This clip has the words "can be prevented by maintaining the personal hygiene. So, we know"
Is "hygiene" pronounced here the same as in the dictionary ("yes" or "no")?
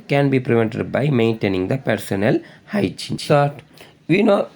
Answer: no